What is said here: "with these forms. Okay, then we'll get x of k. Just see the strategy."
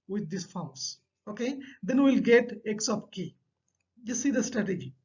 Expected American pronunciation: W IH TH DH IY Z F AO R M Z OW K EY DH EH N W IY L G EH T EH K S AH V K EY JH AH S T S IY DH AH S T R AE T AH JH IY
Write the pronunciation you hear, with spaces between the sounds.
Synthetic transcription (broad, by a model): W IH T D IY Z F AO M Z OW K EY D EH N W IY L G EH T EH K S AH P K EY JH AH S S IY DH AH S T R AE T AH JH IY